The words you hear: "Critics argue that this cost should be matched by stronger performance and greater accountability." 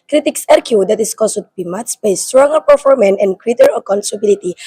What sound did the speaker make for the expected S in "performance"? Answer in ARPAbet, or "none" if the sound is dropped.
none